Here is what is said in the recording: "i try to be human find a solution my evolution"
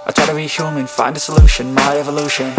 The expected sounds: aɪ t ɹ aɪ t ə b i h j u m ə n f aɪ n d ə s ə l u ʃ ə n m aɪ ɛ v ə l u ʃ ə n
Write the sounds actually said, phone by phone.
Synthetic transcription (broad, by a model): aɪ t aɪ t ə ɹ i h j u m ə n f aɪ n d ə s ə l u ʃ ə n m aɪ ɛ v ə l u ʃ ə n